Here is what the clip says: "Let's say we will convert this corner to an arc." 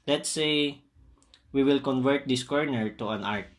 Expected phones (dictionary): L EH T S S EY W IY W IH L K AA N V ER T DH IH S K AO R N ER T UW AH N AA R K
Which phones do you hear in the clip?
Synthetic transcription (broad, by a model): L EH T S S EY W IY W IH L K AA N V ER T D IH S K AO R N ER T UW AH N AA R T